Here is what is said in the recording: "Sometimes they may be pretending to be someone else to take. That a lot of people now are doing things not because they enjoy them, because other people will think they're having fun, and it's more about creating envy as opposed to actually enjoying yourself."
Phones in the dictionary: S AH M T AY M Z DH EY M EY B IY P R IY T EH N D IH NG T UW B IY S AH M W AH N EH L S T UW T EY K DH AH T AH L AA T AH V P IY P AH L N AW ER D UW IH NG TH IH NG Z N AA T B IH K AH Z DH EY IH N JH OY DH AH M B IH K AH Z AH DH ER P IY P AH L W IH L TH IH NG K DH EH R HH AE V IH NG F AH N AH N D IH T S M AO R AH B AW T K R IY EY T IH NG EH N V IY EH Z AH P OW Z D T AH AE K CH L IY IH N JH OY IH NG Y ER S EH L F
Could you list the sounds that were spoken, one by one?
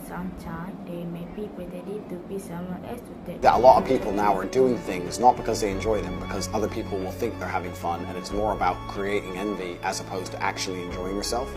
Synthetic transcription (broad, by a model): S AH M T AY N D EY M EY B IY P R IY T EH D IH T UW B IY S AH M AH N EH S T UW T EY DH AH T AH L AA T AH V P IY P L N AW ER D UW IH NG TH IH NG Z N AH T B IH K AH Z DH EY IH N JH OY DH AH M B IH K AH Z AH DH ER P IY P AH L W IH L TH IH NG K DH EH R HH AE V IH NG F AH N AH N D IH T S M AO R AH B AW T K R IY EY T IH NG EH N V IY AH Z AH P OW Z T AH AE K CH L IY IH N JH OY IH NG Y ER S EH L F